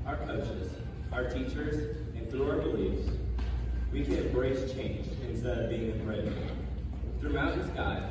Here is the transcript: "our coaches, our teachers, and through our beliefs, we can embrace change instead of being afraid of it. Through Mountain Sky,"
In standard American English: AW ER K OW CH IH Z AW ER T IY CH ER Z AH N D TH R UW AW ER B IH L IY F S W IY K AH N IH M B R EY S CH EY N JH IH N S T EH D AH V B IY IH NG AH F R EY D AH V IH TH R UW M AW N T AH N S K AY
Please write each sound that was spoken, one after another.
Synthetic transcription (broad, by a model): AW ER K OW CH IH Z AW ER T IY CH ER Z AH N TH R UW AW ER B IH L IY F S W IY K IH B R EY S CH EY N JH IH N S T EH D AH V B IY IH NG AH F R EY AH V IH TH R UW AW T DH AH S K AY